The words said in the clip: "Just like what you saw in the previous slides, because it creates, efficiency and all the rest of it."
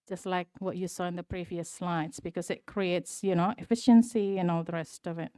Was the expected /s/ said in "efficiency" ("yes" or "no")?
yes